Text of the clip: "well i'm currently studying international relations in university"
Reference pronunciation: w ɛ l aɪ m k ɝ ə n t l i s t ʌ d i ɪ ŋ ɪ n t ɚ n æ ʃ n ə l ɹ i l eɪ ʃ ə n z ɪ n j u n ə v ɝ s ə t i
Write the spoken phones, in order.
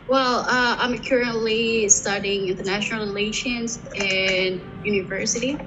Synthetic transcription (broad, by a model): w ɛ l aɪ m k ɝ ə n t l i s t ʌ d i ɪ ŋ ɪ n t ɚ n æ ʃ n l ɹ i l eɪ ʃ ə n z ɪ n j u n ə v ɝ s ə t i